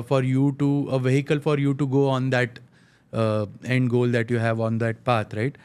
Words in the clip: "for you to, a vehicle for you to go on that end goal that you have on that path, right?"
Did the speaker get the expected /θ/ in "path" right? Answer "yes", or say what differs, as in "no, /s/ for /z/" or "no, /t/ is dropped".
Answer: no, /t/ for /θ/